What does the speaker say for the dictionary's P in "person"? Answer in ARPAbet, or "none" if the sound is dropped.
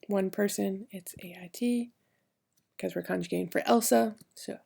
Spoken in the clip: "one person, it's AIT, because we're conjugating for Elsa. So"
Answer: P